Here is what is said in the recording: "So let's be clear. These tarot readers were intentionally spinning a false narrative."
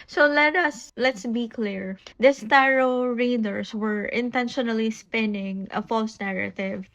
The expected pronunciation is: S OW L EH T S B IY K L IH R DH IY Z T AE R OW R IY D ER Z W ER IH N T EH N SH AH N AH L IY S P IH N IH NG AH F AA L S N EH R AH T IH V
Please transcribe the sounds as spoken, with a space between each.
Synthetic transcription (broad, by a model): S OW L EH T S B IY K L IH R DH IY S T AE R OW R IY D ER S W ER IH N T EH N SH AH N AH L IY S P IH N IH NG AH F AA L S N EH R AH T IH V